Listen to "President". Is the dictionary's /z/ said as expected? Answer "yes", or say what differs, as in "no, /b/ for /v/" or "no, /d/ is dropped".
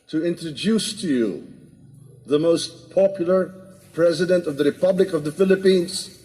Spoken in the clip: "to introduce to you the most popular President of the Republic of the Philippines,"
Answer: yes